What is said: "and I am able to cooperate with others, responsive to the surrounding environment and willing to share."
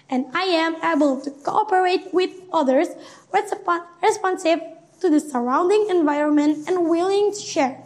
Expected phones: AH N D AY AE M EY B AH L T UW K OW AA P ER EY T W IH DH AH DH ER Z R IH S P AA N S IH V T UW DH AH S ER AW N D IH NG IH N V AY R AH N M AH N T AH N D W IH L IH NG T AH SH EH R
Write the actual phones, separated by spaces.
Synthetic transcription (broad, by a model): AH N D AY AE M EY B AH L T UW K OW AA P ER EY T W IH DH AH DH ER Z R IH S P AA N S IH V T UW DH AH S ER AW N D IH NG IH N V AY R AH N M AH N T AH N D W IH L IH NG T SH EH R